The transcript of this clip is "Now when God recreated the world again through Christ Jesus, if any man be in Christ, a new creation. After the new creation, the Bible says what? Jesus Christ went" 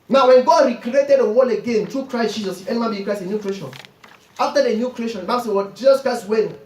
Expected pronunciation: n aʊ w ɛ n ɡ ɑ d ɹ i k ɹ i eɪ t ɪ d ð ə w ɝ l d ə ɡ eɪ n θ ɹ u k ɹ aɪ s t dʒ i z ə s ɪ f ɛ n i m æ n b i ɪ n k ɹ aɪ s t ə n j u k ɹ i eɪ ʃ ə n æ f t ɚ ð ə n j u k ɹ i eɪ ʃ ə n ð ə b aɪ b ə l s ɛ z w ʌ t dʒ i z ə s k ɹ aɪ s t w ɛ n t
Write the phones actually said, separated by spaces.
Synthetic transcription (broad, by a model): n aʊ w ɛ n ɡ ɑ d ɹ i k ɹ i eɪ t ɪ d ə w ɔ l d ə ɡ eɪ n t ɹ u k ɹ aɪ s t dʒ i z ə s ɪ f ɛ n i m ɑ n b i k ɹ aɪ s ə n j u k ɹ i eɪ ʃ ə n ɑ f t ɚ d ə n j u k ɹ i eɪ ʃ ə n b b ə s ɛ w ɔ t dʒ i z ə s k ɹ aɪ s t w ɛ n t